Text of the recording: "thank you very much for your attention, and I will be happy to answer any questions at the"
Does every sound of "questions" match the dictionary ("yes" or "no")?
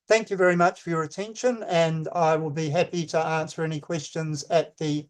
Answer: yes